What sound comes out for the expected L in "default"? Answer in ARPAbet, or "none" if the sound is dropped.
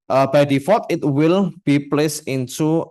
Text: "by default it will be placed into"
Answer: none